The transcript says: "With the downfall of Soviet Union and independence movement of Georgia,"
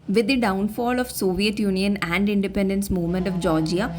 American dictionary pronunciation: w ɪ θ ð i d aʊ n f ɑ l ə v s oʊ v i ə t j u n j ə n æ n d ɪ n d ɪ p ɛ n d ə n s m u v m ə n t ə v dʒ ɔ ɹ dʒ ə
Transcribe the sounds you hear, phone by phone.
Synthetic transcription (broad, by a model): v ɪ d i d aʊ n f ɑ l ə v s oʊ v i ə t j u n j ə n æ n d ɪ n d ɪ p ɛ n d ə n s m u v m ə n t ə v dʒ ɔ ɹ dʒ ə